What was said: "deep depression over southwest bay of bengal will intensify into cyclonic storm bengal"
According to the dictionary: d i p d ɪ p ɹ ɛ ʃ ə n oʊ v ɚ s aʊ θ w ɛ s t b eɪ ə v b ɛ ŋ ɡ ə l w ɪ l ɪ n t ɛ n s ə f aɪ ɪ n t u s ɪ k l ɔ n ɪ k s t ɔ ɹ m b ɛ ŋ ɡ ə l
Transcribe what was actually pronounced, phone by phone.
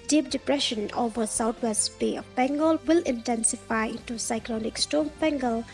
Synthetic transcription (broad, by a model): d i p d ɪ p ɹ ɛ ʃ ə n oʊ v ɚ s aʊ t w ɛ s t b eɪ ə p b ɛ ŋ ɡ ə l w ɪ l ɪ n t ɛ n s ə f aɪ ɪ n t u s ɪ k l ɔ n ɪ k s t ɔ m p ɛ ŋ ɡ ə l